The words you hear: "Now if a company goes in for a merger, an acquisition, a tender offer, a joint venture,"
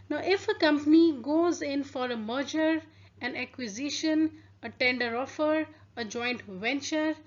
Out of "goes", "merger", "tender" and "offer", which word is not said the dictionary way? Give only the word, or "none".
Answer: none